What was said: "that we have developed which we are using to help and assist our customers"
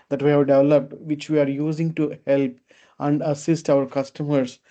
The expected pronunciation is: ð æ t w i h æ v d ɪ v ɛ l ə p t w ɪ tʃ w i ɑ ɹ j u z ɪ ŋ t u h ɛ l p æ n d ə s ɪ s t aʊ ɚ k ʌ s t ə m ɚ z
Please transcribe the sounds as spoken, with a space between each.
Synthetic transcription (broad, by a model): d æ t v i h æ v d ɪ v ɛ l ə p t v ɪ tʃ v i ɑ ɹ j u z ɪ ŋ t u h ɛ l p æ n d ə s ɪ s t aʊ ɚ k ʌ s t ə m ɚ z